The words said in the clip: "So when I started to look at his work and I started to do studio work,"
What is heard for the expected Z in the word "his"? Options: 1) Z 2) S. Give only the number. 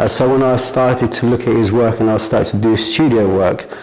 1